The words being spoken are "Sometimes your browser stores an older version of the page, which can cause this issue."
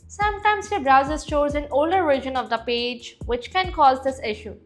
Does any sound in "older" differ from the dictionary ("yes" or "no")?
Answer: no